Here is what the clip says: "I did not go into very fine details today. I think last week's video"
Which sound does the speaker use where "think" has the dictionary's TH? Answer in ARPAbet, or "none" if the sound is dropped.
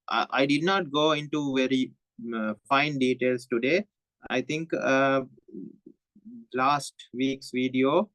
T